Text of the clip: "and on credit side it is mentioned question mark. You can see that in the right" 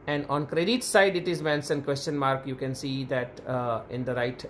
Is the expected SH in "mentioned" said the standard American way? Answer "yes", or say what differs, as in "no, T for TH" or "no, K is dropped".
no, S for SH